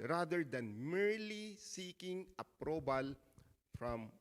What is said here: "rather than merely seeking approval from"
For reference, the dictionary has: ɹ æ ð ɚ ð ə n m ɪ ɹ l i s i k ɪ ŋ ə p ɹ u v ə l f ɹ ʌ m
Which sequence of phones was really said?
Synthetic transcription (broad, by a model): ɹ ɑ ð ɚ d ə n m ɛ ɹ l i s i k ɪ ŋ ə p ɹ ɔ b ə l f ɹ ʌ m